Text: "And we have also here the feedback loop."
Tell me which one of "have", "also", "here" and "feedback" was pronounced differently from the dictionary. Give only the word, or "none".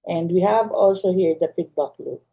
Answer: feedback